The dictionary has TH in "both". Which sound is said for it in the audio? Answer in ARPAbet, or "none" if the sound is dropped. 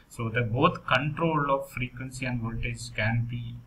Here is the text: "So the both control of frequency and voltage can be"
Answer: T